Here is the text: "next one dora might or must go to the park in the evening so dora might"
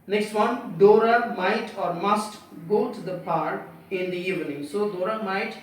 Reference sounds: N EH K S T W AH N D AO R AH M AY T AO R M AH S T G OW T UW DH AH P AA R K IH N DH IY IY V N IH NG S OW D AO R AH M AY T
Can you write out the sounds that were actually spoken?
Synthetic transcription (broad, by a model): N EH K S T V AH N D AO R AH M AY T AO R M AH S T G OW T UW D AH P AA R IH N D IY IY V N IH NG S OW D AO R AH M AY T